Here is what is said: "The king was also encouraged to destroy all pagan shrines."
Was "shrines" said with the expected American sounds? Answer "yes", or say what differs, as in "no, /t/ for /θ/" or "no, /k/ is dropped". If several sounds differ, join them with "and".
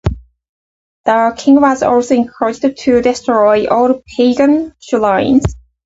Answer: no, /l/ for /ɹ/